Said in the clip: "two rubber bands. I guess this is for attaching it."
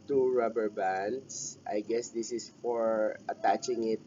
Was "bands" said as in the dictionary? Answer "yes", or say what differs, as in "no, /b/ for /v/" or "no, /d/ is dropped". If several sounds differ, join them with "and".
no, /s/ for /z/